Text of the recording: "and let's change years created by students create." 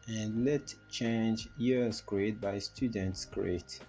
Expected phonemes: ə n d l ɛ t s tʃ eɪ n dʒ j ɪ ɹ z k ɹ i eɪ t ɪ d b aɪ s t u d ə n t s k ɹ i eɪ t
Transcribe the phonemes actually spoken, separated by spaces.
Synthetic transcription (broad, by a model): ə n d l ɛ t tʃ eɪ n dʒ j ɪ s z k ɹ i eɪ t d b aɪ s t u d ə n t s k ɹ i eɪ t